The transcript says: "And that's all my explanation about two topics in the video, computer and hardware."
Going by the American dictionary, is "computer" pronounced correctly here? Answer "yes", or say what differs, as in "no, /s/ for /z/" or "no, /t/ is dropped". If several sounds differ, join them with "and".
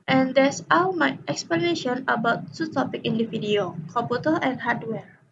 no, /m/ is dropped